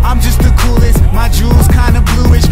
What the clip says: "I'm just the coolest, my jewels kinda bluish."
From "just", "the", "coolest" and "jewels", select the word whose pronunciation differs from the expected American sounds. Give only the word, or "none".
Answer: none